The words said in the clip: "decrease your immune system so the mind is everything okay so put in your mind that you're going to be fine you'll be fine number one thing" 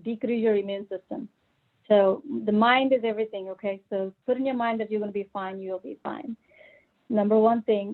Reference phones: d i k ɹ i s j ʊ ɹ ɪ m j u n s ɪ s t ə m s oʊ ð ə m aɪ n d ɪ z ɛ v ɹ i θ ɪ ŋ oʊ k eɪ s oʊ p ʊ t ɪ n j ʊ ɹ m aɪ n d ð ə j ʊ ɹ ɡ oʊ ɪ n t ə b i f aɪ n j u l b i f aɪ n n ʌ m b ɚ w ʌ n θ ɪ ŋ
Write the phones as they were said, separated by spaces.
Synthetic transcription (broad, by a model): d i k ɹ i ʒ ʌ ɹ ɪ m j u n s ɪ s t ə m s oʊ ð ə m aɪ n d ɪ z ɛ v ɹ i θ ɪ ŋ oʊ k eɪ s oʊ p ʊ t ɪ n j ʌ ɹ m aɪ n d ð ə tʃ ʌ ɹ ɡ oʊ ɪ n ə b i f aɪ n j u l b i f aɪ n n ʌ m b ɚ w ʌ n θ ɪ ŋ